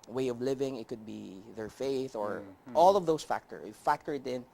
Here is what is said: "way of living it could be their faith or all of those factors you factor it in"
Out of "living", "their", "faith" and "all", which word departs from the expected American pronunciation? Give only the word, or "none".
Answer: none